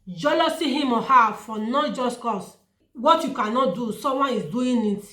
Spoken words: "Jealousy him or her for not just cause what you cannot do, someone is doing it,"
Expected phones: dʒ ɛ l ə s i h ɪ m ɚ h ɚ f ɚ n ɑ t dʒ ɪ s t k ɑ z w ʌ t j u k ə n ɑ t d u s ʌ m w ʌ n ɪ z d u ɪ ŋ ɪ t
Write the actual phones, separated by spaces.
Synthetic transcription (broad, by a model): dʒ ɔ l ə s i h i m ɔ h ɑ f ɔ n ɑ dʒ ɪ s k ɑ s w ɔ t j u k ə n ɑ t d u s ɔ w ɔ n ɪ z d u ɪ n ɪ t